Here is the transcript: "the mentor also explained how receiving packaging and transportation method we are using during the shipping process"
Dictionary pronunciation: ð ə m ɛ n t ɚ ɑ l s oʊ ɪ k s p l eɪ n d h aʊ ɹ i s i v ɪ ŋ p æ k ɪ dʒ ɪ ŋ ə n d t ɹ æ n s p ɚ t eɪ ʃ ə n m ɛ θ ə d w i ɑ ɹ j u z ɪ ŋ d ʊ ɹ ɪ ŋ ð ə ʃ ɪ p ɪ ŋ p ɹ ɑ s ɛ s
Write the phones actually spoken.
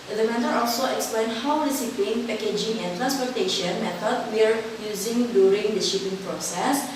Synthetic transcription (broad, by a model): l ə m ɛ n t ɚ ɑ l s oʊ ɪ k s p l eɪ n h aʊ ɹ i s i p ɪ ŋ p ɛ k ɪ dʒ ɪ ŋ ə n t ɹ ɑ n s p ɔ t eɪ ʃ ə n m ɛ t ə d w i ɑ ɹ j u z ɪ ŋ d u ɹ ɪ ŋ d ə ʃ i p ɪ ŋ p ɹ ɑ s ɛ s